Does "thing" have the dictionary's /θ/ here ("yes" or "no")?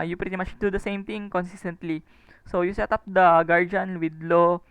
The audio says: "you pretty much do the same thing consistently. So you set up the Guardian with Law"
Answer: no